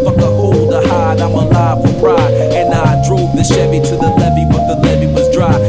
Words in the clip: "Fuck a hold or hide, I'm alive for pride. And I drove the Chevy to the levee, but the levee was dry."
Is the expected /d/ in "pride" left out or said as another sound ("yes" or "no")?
yes